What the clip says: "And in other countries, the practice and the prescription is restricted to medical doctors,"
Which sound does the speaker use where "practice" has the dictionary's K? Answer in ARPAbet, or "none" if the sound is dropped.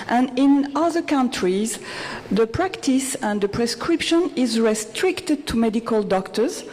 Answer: K